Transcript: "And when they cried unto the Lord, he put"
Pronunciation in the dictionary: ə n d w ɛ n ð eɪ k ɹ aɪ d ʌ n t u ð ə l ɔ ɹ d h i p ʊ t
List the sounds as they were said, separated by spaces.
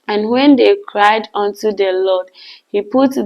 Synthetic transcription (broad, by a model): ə n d w ɛ n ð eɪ k ɹ aɪ d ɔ n t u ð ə l ɔ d h i p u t